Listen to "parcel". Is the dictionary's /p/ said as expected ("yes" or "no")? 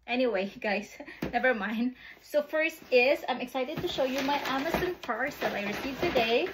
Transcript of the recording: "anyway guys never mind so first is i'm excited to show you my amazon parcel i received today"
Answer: no